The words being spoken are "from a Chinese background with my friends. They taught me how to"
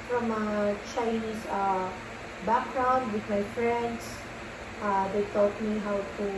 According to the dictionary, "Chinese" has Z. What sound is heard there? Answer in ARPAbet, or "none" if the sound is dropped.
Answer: S